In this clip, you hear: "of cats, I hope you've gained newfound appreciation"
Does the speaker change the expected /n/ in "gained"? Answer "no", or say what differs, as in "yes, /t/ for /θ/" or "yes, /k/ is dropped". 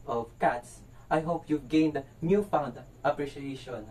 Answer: no